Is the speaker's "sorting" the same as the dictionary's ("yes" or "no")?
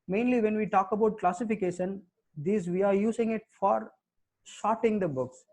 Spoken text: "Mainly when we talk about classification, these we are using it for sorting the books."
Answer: no